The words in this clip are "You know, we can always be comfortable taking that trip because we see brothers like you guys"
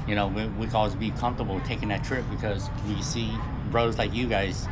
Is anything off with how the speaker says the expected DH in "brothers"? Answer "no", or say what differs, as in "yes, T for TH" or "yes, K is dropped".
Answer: yes, DH is dropped